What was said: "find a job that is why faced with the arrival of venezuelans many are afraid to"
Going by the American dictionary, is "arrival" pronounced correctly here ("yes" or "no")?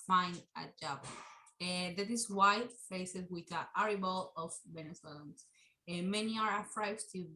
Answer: no